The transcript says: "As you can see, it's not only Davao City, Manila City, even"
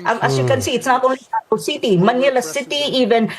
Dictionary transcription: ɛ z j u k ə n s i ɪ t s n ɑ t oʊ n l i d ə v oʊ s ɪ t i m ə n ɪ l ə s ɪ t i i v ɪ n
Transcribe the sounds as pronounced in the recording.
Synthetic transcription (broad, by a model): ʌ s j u k ə n s i ɪ t s n ɑ t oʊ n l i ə oʊ s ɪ t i m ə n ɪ l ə s ɪ t i i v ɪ n